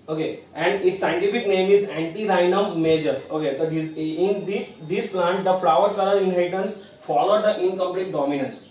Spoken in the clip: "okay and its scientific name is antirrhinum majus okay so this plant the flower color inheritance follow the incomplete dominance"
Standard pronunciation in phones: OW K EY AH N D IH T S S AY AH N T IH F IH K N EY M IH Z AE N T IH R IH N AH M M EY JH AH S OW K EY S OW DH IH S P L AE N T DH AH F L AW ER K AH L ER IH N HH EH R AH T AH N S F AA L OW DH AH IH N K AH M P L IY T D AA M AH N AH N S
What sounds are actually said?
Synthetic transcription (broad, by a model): OW K EY AH N D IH T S S AY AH N T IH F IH K N EY M IH Z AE N T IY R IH N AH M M EY JH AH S OW K EY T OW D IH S P L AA N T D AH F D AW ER K AH L ER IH N HH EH AH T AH N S F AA L OW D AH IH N K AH M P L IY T D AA M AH N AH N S